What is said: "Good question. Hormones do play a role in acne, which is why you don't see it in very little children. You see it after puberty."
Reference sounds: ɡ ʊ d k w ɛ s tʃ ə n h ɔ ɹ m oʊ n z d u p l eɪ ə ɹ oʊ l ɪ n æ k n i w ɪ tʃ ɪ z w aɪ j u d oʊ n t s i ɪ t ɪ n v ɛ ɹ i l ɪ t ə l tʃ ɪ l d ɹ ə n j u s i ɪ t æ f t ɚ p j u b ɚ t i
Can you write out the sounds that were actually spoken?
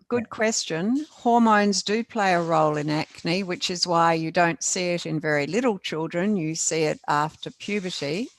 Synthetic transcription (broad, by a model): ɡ ʊ d k w ɛ s tʃ ə n h ɔ ɹ m oʊ n z d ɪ p l eɪ ə ɹ oʊ l ɪ n æ k n i w ɪ tʃ ɪ z w aɪ j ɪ d oʊ n t s i ɪ t ɪ n v ɛ ɹ i l ɪ t l tʃ ɪ l d ɹ ə n j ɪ s i ɪ t æ f t ɚ p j u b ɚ t i